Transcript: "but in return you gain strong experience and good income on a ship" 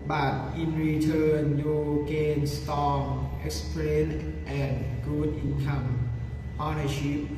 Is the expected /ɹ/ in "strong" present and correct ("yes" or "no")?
no